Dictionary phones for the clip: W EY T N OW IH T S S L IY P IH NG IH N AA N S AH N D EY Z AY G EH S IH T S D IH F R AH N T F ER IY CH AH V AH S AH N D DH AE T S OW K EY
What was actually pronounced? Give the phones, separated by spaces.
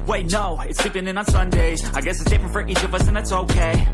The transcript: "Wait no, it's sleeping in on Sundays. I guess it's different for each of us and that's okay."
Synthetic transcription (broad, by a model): W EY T N OW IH T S S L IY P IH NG IH N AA N S AH N D EY Z AY G EH S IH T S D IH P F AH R T IY CH AH V AH S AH N DH AE T S OW K EY